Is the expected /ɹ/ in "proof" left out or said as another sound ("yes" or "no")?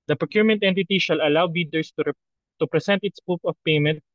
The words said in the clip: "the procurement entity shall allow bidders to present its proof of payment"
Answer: yes